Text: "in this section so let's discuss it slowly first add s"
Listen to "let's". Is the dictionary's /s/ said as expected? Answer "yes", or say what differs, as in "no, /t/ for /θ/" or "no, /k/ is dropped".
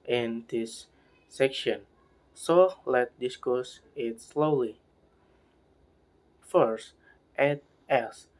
no, /s/ is dropped